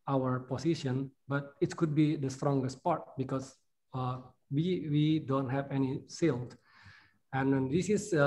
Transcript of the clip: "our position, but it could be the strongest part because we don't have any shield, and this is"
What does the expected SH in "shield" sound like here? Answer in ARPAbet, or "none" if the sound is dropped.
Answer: S